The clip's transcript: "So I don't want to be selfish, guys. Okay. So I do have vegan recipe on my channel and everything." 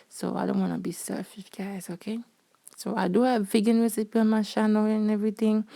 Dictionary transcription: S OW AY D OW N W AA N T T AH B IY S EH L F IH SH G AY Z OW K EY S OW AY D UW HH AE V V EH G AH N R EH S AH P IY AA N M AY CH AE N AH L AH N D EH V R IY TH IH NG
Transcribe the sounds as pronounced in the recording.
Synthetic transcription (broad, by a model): S OW AY D OW N W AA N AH B IY S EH F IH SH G AY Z OW K EY S OW AY D UW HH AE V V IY G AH N R EH S AH P IY AA N M AY SH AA N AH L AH N EH V R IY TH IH NG